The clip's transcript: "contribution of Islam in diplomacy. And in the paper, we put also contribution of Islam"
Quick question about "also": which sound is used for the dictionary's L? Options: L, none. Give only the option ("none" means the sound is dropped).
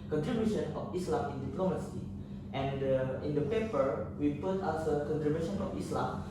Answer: none